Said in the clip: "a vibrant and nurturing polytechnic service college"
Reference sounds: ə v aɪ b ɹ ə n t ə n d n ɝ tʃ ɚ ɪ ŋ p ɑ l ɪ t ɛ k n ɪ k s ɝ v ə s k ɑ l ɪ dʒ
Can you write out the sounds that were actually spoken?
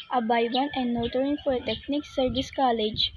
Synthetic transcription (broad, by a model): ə b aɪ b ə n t ə n d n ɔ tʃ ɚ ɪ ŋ f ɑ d t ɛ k n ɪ k s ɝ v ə s k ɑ l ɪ dʒ